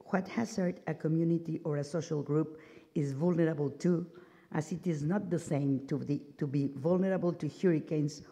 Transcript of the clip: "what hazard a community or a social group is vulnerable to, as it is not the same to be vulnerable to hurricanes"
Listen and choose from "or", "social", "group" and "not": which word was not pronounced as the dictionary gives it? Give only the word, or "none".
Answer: none